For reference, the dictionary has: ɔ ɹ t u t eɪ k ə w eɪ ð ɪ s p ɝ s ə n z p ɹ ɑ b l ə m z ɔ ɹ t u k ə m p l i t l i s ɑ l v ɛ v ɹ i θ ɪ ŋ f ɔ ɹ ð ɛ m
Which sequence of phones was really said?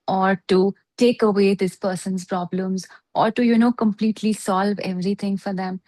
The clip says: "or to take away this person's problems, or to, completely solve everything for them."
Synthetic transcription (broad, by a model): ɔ ɹ t u t eɪ k ə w eɪ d ɪ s p ɝ s ə n z p ɹ ɑ b l ə m z ɔ ɹ t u k ə m p l i t l i s ɑ l v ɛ v ɹ i t ɪ ŋ f ɔ ɹ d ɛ m